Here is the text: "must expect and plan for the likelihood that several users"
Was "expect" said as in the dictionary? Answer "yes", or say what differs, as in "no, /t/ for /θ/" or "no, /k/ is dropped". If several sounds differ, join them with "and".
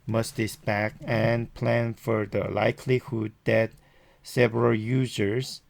no, /k/ is dropped and /t/ is dropped